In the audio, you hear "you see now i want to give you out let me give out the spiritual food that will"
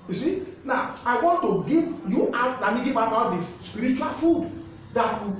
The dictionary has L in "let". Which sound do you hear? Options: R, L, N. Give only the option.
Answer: N